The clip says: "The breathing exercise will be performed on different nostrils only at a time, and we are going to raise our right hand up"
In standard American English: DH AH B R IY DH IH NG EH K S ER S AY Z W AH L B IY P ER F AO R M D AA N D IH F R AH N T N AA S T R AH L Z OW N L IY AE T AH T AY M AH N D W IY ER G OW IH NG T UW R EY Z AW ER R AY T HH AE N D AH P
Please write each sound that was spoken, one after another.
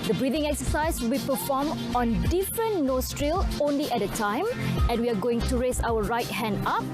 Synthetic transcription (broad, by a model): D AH B R IY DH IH NG EH K S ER S AY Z W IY P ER F AO M AA N D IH F R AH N N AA S T R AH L OW N L IY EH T AH T AY M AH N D W IY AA G OW IH NG T UW R EY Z AW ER R AY T HH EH N D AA P